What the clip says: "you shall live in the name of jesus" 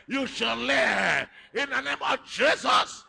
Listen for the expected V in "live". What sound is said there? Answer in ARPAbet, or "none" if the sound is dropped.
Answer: none